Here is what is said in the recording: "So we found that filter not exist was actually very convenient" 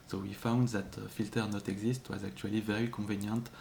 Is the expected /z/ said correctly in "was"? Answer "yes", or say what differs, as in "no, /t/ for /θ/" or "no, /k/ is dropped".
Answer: yes